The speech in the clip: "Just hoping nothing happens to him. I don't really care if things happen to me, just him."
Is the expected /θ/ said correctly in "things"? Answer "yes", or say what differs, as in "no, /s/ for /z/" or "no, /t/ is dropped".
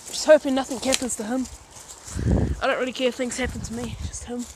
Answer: yes